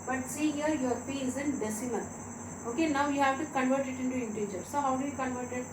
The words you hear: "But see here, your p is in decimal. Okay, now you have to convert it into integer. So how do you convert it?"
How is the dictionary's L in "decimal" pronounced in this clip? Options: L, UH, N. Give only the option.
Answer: N